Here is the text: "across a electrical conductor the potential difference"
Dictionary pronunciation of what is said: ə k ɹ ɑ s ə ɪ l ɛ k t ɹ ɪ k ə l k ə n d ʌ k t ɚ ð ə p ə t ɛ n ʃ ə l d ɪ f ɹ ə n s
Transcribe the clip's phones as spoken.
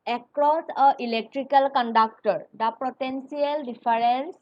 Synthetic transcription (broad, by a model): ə k ɹ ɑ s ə ɪ l ɛ k t ɹ ɪ k ə l k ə n d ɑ k t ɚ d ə p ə t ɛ n s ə l d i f ɹ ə n s